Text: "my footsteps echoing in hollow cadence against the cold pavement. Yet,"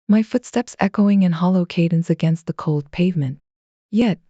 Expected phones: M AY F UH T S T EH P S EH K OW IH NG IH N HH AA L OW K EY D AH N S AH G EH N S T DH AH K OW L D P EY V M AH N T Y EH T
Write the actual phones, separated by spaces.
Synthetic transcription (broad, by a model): M AY F UH T S T EH P S EH K OW IH NG IH N HH AA L OW K EY D N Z AH G EH N S T DH AH K OW L D P EY V M AH N T Y EH T